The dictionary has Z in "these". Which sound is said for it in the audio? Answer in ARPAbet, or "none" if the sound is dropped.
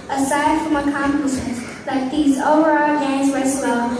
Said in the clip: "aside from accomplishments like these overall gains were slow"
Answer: Z